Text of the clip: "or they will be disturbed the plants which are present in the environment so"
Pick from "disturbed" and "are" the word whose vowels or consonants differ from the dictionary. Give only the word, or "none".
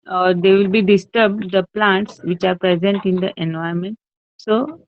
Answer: none